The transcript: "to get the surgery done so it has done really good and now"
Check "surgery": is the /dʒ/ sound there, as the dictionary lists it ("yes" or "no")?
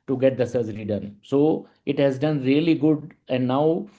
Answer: no